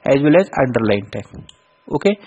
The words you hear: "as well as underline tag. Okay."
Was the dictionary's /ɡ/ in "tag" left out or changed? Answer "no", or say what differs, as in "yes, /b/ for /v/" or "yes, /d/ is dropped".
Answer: yes, /ɡ/ is dropped